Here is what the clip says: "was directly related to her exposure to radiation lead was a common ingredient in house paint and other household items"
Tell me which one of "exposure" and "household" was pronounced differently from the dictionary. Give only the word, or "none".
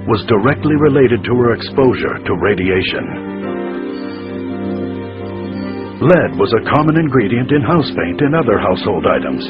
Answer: none